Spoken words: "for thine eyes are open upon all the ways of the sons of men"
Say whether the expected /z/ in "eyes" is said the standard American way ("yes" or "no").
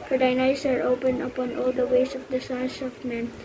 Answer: no